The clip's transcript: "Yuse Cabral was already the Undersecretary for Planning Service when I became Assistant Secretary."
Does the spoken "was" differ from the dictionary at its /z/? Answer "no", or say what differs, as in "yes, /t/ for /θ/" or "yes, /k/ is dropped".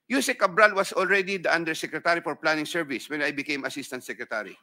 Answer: yes, /s/ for /z/